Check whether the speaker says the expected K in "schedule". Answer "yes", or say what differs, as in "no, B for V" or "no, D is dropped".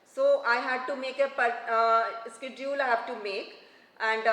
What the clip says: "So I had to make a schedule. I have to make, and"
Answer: yes